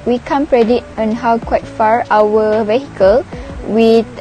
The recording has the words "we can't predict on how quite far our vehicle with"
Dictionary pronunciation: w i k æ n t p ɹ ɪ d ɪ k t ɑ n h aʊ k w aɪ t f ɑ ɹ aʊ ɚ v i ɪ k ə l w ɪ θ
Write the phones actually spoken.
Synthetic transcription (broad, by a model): w i k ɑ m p ɹ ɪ d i t ɑ n h aʊ k w aɪ t f ɑ ɹ aʊ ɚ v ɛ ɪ k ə l w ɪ